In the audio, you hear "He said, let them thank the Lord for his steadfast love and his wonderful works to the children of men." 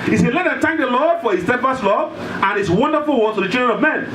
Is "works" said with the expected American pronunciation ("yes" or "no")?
no